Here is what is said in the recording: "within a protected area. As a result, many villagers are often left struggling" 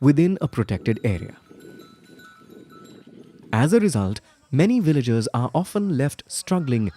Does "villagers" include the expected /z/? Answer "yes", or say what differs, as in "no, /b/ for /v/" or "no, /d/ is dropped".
yes